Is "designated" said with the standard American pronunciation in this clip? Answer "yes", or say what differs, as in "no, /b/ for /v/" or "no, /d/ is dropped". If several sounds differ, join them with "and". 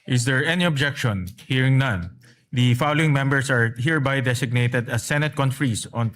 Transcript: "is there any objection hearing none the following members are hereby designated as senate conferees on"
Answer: no, /s/ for /z/